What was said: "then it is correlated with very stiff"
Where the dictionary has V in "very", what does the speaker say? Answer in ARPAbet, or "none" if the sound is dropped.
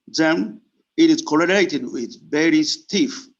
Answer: B